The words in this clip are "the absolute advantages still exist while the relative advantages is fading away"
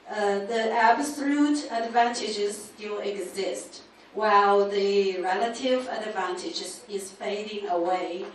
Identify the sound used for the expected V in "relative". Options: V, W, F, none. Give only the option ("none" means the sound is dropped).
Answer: V